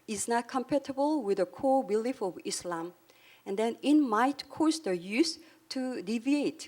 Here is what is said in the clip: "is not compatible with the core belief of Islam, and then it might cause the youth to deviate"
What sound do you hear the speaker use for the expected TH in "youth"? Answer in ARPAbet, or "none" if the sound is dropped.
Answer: S